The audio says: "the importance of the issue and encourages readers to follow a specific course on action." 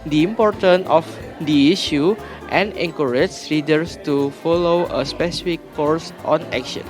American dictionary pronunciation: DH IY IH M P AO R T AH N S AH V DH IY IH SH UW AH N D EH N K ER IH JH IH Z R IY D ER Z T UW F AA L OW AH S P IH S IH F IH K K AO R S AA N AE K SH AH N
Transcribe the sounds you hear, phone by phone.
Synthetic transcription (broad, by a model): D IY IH M P AO R T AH N AH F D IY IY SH UW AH N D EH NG K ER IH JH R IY D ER S T UW F AA L OW AH S P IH S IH F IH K K AO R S AA N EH K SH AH N